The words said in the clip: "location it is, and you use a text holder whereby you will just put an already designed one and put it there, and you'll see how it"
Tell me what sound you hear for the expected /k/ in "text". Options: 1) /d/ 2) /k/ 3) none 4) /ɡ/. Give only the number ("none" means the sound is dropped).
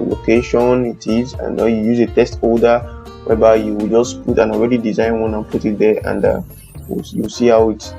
3